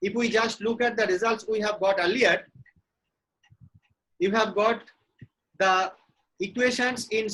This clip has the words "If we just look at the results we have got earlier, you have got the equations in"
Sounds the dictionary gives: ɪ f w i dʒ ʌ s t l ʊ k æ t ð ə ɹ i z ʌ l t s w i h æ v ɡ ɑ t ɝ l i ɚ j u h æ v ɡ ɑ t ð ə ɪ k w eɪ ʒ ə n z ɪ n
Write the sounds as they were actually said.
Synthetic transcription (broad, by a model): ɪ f w i dʒ ʌ s t l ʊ k æ t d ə ɹ i z ʌ l t s w i h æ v ɡ ɑ t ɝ l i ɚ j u h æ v ɡ ɑ t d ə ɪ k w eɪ ʃ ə n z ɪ n